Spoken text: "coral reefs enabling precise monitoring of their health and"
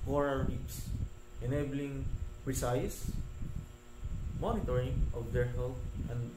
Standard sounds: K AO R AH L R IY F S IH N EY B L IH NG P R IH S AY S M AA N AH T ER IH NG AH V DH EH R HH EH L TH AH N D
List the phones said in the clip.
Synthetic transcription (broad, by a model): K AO R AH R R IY P S IH N EY B L IH NG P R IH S AY S M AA N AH T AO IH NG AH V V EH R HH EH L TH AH N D